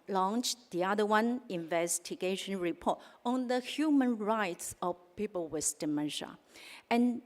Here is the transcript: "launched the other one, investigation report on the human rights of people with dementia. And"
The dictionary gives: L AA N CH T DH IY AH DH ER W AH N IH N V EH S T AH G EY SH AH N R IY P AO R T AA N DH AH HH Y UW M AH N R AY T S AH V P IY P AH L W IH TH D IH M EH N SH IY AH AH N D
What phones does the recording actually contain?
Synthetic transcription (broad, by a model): L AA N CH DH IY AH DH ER W AH N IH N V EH S T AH G EY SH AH N R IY P AO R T AA N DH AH HH Y UW M AH N R AY T S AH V P IY P AH L W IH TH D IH M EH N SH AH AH N